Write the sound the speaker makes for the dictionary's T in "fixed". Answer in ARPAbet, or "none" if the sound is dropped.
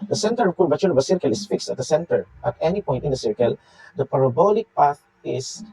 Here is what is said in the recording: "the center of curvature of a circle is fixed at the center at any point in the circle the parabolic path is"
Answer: T